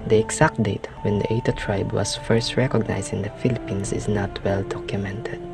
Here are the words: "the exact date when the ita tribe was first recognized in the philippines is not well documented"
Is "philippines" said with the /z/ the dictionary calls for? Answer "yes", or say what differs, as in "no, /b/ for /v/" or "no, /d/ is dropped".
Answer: no, /s/ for /z/